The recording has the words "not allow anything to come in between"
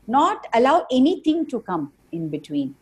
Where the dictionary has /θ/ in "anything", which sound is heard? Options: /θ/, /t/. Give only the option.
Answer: /t/